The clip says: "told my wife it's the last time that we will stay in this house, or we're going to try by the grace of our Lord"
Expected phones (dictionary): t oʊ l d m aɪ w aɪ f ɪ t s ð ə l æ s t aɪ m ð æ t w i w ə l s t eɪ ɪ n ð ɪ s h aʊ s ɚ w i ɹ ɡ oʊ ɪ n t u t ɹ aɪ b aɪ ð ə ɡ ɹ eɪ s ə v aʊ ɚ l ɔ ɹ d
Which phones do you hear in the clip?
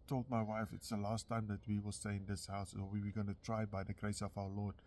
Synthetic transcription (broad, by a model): t oʊ l d m aɪ w aɪ f ɪ t s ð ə l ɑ s t aɪ m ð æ t w i w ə s t eɪ ɪ n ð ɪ s h aʊ s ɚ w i w ɡ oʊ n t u t ɹ aɪ b aɪ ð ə ɡ ɹ eɪ s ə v aʊ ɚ l ɔ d